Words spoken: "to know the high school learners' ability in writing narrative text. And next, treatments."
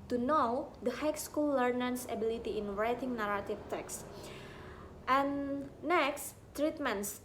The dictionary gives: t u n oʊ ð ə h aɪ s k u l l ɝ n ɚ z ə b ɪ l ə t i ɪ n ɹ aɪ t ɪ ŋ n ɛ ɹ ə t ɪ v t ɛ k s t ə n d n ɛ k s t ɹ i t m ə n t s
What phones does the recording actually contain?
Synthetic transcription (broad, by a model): t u n oʊ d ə h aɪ s k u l l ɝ n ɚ s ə b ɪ l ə t i ɪ n ɹ aɪ t ɪ ŋ n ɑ ɹ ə t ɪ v t ɛ k s t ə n n ɛ k s t ɹ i t m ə n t s